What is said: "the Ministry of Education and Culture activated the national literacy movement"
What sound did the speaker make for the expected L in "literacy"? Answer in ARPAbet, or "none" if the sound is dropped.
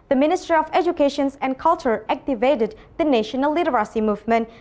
N